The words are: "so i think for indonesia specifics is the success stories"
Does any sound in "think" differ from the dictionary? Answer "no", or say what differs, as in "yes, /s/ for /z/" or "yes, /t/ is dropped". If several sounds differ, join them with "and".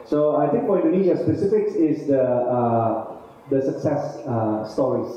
yes, /t/ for /θ/